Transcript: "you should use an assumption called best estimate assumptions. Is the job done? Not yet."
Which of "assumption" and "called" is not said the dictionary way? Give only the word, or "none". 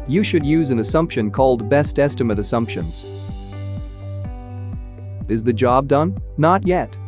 none